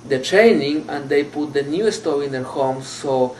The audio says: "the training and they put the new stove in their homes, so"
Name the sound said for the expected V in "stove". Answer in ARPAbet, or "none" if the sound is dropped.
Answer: none